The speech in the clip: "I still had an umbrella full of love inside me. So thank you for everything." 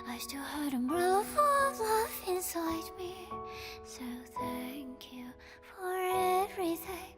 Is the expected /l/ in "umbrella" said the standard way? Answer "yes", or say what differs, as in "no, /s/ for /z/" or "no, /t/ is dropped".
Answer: no, /l/ is dropped